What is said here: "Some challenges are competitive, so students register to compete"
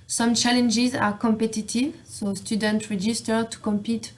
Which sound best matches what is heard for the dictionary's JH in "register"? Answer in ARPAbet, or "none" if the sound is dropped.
JH